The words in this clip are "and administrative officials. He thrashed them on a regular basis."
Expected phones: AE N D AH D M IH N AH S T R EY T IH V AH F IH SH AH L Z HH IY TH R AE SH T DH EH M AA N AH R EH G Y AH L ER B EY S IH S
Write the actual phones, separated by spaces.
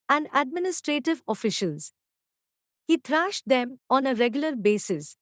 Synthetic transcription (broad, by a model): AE N D AH D M IH N AH S T R EY T IH V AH F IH SH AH L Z HH IY T R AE SH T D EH M AA N AH R EH G Y AH L ER B EY S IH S